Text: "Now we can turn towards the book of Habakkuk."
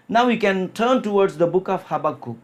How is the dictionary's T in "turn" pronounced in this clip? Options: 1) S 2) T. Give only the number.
2